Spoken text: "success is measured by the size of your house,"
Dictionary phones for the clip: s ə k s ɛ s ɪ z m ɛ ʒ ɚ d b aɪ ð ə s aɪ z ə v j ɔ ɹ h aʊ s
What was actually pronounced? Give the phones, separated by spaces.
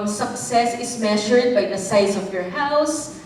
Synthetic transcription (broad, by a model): s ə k s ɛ s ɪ s m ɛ ʃ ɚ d b aɪ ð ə s aɪ s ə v j ɔ ɹ h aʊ s